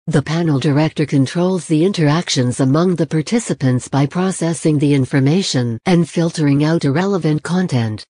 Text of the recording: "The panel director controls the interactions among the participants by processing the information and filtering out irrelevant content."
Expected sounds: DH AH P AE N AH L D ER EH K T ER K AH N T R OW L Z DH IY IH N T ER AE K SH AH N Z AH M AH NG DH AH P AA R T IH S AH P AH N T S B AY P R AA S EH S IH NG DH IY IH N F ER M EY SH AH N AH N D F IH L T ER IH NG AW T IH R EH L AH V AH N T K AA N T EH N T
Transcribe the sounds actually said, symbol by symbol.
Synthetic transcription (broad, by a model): DH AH P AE N L D ER EH K T ER K AH N T R OW L Z DH IY IH N T ER AE K SH AH N Z AH M AH NG DH AH P AA R T IH S AH P AH N T S B AY P R AA S EH S IH NG DH IY IH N F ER M EY SH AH N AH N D F IH L T ER IH NG AW T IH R EH L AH V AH N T K AA N T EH N T